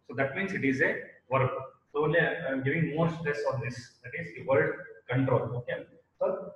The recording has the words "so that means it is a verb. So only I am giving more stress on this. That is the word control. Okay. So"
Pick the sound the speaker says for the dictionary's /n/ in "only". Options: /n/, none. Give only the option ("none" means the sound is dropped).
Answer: none